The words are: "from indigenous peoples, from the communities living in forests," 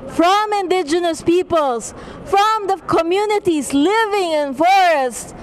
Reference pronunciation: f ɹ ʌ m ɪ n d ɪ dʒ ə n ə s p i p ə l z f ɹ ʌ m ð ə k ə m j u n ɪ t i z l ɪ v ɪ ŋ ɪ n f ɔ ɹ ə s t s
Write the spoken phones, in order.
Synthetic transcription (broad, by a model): f ɹ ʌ m ɪ n d ɪ dʒ ə n ə s p i p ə l s f ɹ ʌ m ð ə k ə m j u n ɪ t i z l ɪ v ɪ ŋ ɪ n f ɔ ɹ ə s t